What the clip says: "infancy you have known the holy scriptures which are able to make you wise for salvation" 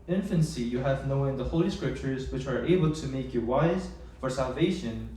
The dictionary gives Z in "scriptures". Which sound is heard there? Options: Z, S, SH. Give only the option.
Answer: Z